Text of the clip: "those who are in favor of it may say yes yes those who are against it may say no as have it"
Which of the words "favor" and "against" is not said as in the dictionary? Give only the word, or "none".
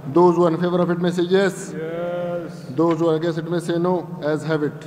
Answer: against